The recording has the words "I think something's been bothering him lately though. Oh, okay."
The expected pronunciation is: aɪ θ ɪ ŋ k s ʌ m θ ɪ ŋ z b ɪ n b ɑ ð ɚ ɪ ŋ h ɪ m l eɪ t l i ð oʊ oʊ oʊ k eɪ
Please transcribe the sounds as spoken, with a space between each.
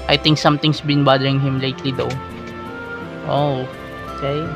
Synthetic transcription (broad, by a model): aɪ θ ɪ ŋ k s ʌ m t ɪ ŋ s b ɪ n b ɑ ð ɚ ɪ ŋ h ɪ m l eɪ t l i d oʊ oʊ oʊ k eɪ